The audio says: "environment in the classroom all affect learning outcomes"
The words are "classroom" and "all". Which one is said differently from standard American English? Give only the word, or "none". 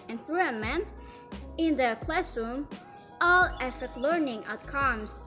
none